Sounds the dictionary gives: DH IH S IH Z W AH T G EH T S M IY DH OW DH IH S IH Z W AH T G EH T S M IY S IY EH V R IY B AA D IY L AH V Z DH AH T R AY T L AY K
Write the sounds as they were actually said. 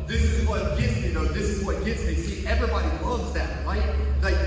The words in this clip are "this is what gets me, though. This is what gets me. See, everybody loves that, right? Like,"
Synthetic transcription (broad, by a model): DH IH S IH Z W AH T G EH T S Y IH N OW DH IH S IH Z W AH T G EH T S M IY S IY EH V R IY B AA D IY W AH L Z DH AH T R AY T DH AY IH